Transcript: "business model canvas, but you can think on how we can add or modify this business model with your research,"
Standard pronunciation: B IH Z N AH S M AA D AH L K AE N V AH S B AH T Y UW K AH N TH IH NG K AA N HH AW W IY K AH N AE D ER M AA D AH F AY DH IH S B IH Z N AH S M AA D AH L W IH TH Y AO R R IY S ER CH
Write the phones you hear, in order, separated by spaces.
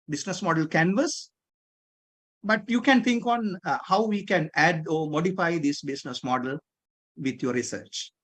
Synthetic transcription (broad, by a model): B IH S N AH S M AA D AH L K AE N V AH S B AH T Y UW K AH N T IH NG K AA N HH AW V IY K AH N AE D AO M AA D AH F AY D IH S B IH S N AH S M AA D AH L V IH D Y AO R R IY S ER CH